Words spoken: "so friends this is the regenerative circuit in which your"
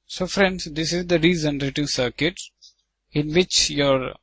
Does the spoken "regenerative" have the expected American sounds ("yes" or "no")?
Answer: no